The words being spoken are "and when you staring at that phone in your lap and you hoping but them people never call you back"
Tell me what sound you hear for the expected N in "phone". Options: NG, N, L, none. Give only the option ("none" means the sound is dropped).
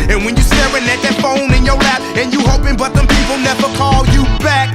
N